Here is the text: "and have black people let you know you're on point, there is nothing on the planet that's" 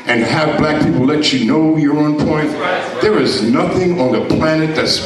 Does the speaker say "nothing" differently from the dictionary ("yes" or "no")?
no